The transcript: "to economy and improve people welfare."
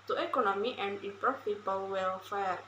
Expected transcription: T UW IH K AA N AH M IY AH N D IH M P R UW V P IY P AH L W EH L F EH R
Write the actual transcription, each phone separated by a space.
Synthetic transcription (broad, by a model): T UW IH K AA N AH M IY AH N D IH P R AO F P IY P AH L W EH L F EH R